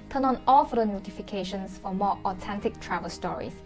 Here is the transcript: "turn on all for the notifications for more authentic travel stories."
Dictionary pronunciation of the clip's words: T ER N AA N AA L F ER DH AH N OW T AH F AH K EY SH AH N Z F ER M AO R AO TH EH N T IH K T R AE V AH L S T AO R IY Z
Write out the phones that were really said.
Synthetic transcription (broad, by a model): T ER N AA N AA L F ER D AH N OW T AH F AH K EY SH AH N S F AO M AO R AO T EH N T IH K T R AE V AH L S T AO R IY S